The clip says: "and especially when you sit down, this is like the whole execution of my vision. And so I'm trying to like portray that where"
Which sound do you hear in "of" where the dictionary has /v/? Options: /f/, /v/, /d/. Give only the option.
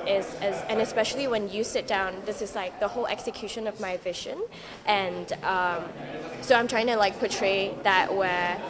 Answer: /v/